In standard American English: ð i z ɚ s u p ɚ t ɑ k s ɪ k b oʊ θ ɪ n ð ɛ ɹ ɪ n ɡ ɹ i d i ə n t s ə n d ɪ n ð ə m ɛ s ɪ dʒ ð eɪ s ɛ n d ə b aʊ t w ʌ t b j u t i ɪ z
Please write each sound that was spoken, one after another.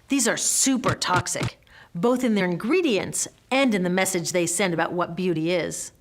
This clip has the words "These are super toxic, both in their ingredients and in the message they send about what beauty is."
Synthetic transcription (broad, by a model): ð i z ɚ s u p ɚ t ɑ k s ɪ k b oʊ θ ɪ n ð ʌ ɹ ɪ n ɡ ɹ i d i ə n t s ə n d ɪ n ð ə m ɛ s ɪ dʒ ð eɪ s ɛ n d ə b aʊ t w ʌ t b j u t i ɪ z